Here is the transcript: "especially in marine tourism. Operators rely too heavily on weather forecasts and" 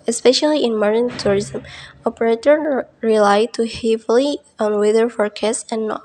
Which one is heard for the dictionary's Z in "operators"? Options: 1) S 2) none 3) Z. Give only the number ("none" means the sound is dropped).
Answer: 2